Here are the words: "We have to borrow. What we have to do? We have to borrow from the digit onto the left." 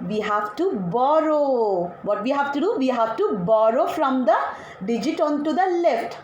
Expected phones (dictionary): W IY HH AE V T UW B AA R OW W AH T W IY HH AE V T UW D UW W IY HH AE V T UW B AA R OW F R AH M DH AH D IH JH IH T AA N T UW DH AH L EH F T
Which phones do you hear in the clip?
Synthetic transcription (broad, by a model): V IY HH AE V T UW B AA R OW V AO T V IY HH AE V T UW D UW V IY HH AE V T UW B AA R OW F R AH M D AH D IH JH IH T AA N T UW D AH L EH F T